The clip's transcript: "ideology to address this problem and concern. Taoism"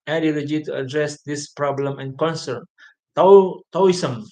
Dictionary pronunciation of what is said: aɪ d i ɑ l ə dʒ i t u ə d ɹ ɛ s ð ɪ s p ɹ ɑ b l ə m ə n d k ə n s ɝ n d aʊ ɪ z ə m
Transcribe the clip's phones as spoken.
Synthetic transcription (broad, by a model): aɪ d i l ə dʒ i t u ə d ɹ ɛ s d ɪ s p ɹ ɑ b l ə m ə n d k ə n s ɝ n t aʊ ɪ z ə m